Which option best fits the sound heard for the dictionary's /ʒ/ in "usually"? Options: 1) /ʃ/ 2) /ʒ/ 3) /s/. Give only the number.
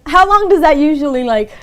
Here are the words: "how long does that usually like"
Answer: 2